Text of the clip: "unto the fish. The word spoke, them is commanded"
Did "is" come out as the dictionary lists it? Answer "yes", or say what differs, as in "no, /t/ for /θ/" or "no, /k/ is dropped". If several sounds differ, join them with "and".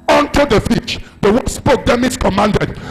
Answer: no, /s/ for /z/